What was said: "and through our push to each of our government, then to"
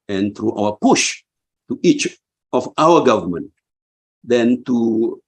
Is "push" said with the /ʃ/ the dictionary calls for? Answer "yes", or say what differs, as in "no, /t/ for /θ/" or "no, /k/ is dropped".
yes